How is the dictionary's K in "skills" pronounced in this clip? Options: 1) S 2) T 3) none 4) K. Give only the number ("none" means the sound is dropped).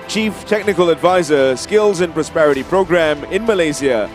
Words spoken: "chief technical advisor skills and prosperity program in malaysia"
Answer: 4